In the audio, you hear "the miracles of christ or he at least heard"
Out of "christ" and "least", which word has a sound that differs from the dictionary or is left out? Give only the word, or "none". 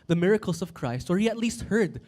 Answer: none